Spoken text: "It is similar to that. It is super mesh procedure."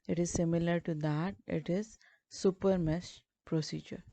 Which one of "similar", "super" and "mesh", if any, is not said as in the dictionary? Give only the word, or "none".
mesh